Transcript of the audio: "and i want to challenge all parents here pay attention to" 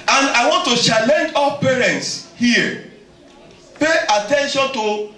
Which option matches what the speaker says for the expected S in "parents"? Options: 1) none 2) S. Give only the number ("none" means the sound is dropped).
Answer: 2